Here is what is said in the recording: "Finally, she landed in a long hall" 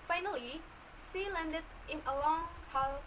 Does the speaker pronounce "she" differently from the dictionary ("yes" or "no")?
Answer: yes